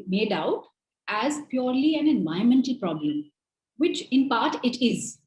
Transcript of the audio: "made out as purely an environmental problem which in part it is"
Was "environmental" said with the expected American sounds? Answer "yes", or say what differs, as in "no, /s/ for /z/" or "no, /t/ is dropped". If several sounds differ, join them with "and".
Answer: no, /ɹ/ is dropped